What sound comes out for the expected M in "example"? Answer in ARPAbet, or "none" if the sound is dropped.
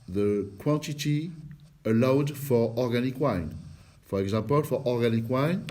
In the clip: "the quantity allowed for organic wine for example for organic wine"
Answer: none